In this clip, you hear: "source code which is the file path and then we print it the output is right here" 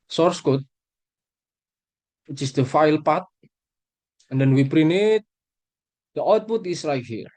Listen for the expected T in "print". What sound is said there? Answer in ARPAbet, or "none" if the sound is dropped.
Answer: none